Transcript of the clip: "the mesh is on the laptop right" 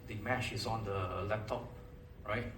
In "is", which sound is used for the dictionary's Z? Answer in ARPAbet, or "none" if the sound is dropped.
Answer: S